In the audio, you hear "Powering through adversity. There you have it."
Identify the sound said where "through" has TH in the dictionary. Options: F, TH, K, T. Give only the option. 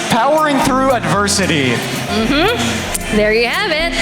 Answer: TH